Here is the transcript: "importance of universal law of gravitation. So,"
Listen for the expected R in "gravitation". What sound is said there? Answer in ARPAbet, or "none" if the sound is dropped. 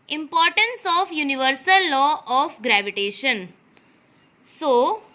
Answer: R